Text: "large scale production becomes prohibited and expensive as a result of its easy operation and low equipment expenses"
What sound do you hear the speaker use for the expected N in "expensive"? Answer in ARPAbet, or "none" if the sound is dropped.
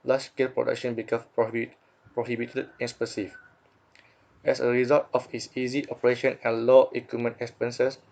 none